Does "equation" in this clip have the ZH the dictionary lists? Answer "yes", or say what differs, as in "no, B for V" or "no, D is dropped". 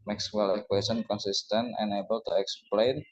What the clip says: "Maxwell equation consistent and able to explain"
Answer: no, S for ZH